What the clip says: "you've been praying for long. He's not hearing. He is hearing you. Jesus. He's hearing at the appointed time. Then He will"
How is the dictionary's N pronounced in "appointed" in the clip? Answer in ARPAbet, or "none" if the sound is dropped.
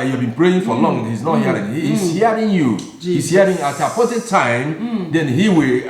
none